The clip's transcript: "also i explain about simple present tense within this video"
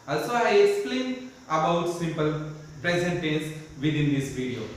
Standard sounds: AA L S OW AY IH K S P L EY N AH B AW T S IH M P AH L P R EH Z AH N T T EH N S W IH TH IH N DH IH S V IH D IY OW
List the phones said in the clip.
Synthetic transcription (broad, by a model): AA L S OW AY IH K S P L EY N AH B AW T S IH M P AH L P R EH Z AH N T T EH S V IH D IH N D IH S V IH D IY OW